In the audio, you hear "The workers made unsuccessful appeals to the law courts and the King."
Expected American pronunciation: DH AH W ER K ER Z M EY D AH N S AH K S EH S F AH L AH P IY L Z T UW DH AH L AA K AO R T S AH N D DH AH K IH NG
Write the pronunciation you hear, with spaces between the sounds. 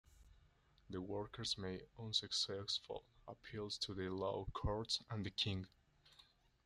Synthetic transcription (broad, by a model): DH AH W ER K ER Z M EY AH N S AH K S EH S F AH L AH P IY L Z T UW DH AH L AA K AO R T S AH N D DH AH K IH NG